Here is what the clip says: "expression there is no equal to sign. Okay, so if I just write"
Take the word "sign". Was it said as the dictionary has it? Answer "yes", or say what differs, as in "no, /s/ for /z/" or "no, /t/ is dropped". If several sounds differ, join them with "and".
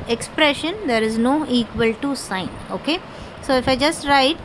yes